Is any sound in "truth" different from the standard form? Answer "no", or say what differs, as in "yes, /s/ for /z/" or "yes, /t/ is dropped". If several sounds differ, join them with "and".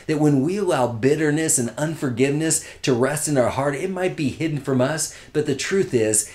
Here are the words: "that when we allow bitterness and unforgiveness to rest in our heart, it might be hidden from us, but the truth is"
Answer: no